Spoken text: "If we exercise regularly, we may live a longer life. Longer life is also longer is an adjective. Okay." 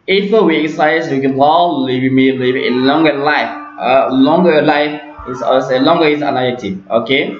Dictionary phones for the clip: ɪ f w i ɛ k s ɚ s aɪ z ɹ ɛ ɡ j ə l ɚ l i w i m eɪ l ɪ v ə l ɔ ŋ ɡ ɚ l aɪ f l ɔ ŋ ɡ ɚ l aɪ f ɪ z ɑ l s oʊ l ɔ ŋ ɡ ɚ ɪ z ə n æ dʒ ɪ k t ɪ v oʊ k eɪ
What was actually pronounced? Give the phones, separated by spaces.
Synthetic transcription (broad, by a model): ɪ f w i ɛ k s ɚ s aɪ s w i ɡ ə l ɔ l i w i m eɪ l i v ə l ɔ ŋ ɡ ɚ l aɪ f l ɔ ŋ ɡ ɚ l aɪ f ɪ s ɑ s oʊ l ɔ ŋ ɡ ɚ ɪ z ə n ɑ ɪ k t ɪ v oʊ k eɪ